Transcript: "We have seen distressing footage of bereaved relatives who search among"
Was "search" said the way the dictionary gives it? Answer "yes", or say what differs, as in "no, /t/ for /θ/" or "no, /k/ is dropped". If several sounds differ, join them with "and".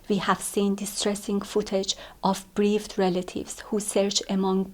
yes